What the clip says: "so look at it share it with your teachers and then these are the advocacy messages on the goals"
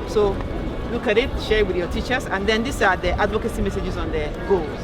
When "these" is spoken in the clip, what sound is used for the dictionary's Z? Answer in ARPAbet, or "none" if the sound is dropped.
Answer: S